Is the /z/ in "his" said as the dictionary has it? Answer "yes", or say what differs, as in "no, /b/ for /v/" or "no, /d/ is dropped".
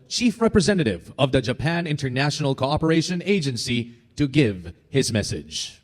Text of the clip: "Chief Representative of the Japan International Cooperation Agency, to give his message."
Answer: yes